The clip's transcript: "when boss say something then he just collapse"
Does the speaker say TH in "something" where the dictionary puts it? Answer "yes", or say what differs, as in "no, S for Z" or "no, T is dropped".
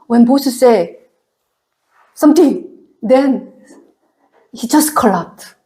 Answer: no, T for TH